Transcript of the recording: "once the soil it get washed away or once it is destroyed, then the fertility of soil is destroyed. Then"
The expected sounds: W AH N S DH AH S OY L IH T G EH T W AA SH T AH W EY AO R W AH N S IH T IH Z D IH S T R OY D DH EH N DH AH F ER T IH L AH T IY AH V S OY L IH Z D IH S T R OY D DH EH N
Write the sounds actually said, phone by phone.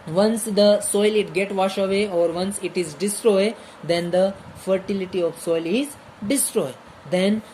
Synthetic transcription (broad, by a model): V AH N S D AH S OY L IH T G EH T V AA SH AH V EY AO R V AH N S IH T IH Z D IH S T R OY D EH N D AH F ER T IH L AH T IY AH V S OY L IH Z D IH S T R OY D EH N